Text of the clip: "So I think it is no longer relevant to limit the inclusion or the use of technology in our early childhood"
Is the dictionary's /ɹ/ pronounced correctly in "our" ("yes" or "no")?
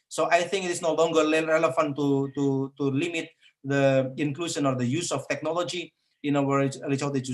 no